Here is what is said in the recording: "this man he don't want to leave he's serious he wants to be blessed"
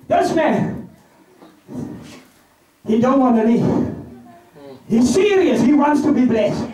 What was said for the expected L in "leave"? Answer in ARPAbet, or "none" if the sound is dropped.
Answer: N